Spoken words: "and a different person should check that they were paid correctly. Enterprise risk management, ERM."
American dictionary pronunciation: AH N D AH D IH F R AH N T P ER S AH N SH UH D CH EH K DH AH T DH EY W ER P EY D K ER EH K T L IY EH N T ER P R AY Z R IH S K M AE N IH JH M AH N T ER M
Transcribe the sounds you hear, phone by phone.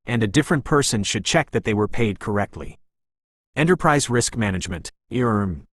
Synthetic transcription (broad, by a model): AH N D AH D IH F R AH N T P ER S AH N SH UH D CH EH K DH AH T DH EY W ER P EY D K ER EH K T L IY EH N T ER P R AY Z R IH S K M AE N IH JH M AH N T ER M